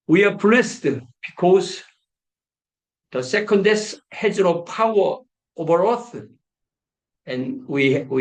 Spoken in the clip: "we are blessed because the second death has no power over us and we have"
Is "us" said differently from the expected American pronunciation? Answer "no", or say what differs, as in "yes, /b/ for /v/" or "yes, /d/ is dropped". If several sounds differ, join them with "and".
yes, /θ/ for /s/